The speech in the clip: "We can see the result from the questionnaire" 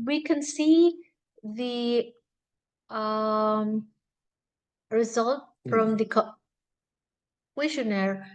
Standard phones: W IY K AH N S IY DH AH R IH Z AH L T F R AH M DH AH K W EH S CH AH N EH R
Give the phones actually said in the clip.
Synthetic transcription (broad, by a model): W IY K AH N S IY DH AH R IH Z AH L T F R AH M DH AH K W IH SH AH N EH R